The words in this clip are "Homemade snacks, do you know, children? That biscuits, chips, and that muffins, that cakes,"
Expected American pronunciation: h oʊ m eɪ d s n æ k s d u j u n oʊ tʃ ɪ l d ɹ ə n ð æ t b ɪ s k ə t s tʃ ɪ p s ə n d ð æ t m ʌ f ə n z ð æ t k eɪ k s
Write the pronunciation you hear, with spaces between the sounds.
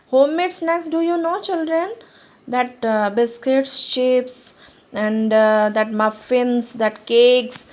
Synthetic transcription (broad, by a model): h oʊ m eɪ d s n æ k s d u j u n oʊ tʃ ɪ l d ɹ ə n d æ t b ɪ s k ə t s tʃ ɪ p s ə n d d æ t m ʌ f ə n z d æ t k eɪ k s